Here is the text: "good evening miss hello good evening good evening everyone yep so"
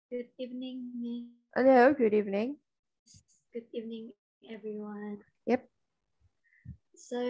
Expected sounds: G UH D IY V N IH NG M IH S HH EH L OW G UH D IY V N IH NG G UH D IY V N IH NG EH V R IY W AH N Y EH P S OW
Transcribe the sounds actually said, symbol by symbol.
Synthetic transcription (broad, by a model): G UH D IY V N IH NG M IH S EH N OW G UH D IY V N IH NG G UH D IY V N IH NG EH V R IY W AH N Y EH P S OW